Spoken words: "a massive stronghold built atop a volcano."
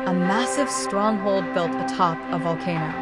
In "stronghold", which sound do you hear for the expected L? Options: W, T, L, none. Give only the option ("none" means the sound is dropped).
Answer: L